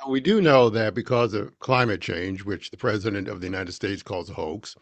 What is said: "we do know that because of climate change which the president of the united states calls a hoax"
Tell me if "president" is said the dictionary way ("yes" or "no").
yes